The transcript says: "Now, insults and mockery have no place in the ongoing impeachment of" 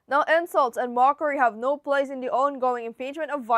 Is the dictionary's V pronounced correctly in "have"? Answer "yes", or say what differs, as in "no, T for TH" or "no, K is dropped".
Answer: yes